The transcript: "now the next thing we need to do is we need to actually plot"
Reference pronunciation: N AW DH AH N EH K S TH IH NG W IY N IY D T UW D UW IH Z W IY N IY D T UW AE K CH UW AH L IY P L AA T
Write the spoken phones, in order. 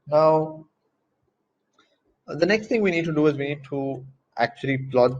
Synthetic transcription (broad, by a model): N AW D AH N EH K S T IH NG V IY N IY D T UW D UW IH Z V IY N IY D T UW AE K CH UW AH L IY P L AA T